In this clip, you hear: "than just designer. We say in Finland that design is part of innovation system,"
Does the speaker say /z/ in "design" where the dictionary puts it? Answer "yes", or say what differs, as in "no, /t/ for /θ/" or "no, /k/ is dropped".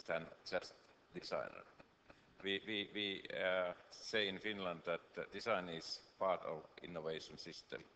no, /s/ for /z/